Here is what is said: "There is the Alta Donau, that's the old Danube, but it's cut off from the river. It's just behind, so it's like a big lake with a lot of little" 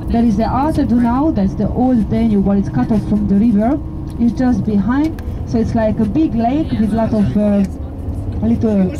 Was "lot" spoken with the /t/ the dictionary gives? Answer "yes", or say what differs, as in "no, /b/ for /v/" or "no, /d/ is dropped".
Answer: yes